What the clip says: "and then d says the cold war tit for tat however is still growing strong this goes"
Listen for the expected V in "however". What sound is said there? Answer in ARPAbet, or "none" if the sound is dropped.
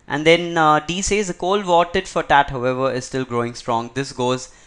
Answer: V